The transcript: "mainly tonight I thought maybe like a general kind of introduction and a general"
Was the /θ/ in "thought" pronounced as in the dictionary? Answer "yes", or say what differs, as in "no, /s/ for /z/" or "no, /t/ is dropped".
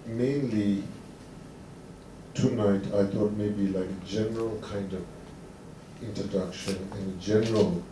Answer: no, /t/ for /θ/